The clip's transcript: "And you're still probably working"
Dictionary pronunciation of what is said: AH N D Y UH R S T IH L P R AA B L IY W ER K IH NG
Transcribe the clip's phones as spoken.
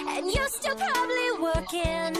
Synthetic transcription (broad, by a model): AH N Y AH R S T IH L P R AA B L IY W ER K IH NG